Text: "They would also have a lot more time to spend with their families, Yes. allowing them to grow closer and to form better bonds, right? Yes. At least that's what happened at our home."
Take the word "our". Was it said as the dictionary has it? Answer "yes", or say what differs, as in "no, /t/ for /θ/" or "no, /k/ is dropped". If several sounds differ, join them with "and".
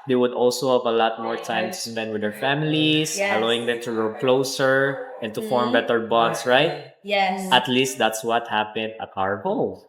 yes